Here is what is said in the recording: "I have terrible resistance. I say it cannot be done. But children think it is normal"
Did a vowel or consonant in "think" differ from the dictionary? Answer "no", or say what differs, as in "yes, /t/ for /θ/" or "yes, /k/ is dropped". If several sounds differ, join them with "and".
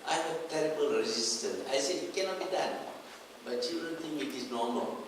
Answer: yes, /k/ is dropped